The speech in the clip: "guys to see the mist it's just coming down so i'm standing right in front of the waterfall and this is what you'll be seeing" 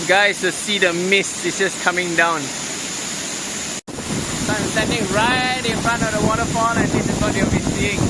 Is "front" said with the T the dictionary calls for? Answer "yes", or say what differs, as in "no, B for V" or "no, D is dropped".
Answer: no, T is dropped